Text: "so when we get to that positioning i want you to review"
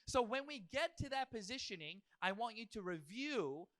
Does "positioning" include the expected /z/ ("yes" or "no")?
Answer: yes